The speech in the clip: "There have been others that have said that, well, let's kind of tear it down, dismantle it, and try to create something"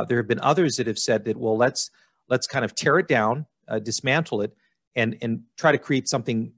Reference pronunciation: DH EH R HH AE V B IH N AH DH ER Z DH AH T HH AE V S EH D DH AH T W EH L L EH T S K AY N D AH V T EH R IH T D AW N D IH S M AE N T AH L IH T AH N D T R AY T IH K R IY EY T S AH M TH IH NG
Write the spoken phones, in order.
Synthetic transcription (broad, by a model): DH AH R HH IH V B IH N AH DH ER Z DH AH T HH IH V S EH D DH AH T W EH L L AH T S K AY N D AH V T EH R IH T D AW N D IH S M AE N T L IH T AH N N T R AY T IH K R IY EY T S AH M TH IH NG